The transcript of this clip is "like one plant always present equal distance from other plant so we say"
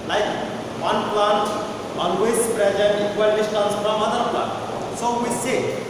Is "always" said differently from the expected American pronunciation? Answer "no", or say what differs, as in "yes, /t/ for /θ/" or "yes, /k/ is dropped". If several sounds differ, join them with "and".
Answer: yes, /n/ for /l/ and /s/ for /z/